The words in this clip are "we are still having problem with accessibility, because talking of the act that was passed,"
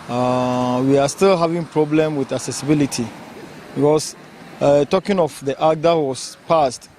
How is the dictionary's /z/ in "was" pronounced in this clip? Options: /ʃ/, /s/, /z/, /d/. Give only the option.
/s/